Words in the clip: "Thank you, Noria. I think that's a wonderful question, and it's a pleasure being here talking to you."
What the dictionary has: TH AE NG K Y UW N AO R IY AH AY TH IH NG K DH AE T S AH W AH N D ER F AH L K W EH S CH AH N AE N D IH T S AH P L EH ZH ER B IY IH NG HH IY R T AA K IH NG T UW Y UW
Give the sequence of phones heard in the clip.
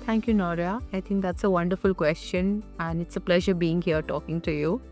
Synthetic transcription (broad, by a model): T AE NG K Y UW N AO R IY AH AY T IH NG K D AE T S AH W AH N D ER F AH L K W EH S CH AH N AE N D IH T S AH P L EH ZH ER B IY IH NG HH IY R T AA K IH NG T UW Y UW